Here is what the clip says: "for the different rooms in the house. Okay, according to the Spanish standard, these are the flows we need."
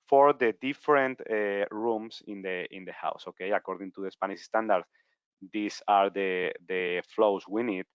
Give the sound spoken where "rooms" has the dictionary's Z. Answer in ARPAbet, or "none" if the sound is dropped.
S